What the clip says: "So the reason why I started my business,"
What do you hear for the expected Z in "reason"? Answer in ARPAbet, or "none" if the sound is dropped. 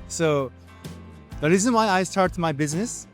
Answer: Z